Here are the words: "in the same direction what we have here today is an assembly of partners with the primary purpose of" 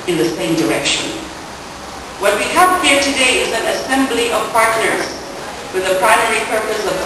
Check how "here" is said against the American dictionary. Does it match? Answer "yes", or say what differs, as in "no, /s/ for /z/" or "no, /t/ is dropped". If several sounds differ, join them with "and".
yes